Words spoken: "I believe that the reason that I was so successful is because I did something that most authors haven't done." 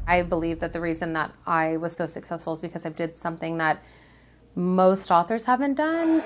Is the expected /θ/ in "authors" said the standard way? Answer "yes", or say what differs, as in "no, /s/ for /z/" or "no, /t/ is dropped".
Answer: yes